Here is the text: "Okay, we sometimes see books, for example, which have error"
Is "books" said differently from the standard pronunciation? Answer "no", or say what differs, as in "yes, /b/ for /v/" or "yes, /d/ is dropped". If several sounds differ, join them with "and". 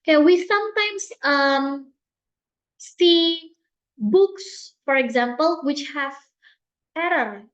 no